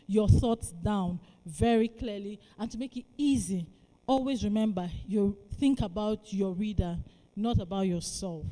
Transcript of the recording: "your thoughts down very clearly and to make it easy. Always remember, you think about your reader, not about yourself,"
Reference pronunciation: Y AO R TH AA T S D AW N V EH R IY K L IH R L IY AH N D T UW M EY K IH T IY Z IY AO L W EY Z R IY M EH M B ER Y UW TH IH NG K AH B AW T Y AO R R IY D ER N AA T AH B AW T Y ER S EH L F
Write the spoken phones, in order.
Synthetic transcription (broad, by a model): Y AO TH AA T S D AW N V EH R IY K L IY L IY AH N T UW M EY K IH T IY Z IY AO L W EY Z R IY M EH M B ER Y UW TH IH NG K AH B AW T Y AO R R IY D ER N AA T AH B AW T Y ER S EH L F